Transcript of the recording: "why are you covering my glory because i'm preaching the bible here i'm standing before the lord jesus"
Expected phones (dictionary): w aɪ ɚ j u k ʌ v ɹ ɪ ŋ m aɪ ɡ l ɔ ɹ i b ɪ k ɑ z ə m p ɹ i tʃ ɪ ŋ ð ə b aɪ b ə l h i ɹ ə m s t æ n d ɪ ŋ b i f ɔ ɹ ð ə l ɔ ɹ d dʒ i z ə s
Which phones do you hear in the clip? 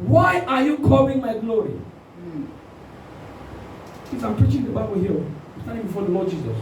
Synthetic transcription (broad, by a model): w aɪ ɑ j u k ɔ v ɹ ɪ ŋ m aɪ ɡ l ɔ ɹ i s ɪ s ɑ ə m p ɹ i tʃ ɪ ŋ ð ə b aɪ b ə l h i ə m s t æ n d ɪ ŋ b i f ɔ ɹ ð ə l ɔ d dʒ i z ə s